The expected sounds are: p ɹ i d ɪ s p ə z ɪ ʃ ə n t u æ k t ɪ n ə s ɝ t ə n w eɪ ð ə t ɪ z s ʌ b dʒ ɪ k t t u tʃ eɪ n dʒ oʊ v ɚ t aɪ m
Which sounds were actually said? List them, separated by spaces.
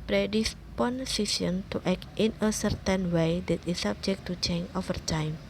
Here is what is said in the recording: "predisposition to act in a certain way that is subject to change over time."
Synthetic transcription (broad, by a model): p ɹ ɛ d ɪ s p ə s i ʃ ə n t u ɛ k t ɪ n ə s ɝ t ə n w eɪ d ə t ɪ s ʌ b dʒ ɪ k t t u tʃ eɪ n oʊ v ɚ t aɪ m